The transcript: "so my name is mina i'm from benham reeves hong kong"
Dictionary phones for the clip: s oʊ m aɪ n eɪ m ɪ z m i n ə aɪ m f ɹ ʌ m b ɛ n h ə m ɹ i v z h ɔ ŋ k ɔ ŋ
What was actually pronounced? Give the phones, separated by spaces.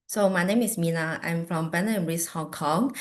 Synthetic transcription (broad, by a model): s oʊ m aɪ n eɪ m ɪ s m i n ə aɪ m f ɹ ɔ m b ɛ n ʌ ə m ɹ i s h ɔ ŋ k ɔ ŋ